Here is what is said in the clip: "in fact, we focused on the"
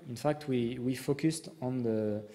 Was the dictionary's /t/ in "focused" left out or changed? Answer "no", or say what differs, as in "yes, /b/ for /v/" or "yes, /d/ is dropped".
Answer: no